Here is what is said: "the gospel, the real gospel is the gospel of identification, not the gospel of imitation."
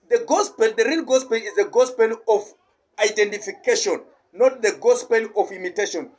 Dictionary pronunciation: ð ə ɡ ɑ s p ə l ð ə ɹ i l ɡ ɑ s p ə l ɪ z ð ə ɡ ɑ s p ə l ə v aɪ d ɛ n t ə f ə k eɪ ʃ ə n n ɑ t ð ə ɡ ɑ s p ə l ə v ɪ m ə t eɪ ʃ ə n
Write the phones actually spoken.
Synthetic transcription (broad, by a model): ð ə ɡ ɑ s p ə l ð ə ɹ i n ɡ ɑ s p ə l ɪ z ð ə ɡ ɑ s p ə l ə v aɪ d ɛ n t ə f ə k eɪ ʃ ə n n ɑ t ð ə ɡ ɑ s p ə l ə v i m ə t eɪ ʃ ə n